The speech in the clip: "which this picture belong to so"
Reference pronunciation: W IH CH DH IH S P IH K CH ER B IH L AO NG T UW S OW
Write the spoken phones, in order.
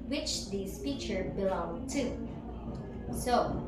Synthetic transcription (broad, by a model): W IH CH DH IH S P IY CH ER B IH L AO NG T UW S OW